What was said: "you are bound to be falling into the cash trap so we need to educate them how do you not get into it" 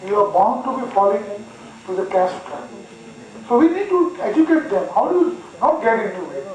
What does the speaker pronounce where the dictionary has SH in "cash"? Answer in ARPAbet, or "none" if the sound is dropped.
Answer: S